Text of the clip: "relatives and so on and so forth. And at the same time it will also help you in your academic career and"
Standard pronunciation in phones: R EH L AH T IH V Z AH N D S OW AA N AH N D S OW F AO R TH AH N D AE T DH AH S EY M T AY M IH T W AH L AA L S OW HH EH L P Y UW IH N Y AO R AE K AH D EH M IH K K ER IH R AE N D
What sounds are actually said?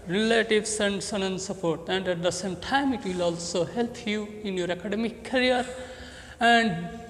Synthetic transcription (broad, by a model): R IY L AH T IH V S AH N D S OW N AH N S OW P AO R T AH N D AE T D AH S EY M T AY M IH T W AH L AA L S OW HH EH L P Y UW IH N Y AO R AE K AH D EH M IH K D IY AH R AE N D